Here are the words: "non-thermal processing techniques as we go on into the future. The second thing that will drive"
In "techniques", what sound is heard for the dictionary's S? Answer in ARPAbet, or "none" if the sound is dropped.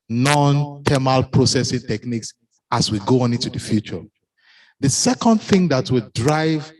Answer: S